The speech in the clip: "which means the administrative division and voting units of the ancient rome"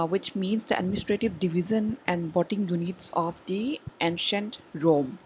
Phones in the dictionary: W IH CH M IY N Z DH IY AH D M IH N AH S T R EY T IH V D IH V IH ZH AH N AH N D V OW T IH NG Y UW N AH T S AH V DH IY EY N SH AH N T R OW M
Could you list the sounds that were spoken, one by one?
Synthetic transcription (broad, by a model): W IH CH M IY N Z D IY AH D M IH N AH S T R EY T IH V D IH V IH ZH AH N AH N D B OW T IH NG Y UW N AH T S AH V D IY EY N SH AH N T R OW M